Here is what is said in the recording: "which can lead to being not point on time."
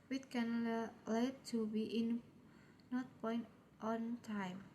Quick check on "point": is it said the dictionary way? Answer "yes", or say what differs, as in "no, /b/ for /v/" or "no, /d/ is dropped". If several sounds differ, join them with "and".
yes